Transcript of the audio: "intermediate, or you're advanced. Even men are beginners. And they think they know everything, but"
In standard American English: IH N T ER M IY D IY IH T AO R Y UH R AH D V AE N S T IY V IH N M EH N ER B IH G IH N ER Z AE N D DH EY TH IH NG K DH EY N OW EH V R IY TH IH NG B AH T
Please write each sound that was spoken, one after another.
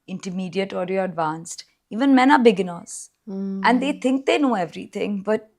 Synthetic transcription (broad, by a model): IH N T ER M IY D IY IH T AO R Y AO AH D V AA N S T IY V IH N M EH N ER B IH G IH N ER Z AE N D EY T IH NG K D EY N OW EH V R IY T IH NG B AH T